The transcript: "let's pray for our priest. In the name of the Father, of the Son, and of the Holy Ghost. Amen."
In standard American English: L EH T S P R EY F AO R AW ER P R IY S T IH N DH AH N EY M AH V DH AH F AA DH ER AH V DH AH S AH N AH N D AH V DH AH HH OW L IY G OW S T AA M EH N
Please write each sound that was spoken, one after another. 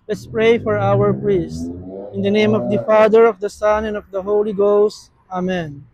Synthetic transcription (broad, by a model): L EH T S P R EY F AO R AW ER P R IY S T IH N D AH N EY M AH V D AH F AA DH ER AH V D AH S AH N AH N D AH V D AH HH OW L IY G OW S T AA M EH N